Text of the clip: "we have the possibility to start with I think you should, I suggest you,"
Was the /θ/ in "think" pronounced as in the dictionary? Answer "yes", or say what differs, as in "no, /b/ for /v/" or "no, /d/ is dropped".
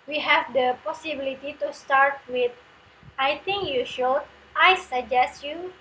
no, /t/ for /θ/